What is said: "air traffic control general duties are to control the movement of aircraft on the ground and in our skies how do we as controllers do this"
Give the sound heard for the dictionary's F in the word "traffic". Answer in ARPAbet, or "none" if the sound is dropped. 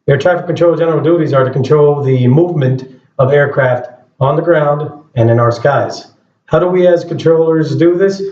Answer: none